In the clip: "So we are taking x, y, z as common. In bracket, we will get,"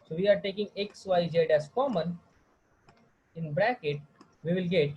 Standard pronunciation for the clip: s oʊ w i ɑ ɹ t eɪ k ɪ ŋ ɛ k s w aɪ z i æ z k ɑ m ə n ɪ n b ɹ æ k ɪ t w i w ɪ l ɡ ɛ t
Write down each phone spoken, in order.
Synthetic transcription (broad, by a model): s oʊ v i ɑ ɹ t eɪ k ɪ ŋ ɛ k s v aɪ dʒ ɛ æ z k ɑ m ə n ɪ n b ɹ æ k ɪ t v i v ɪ l ɡ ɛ t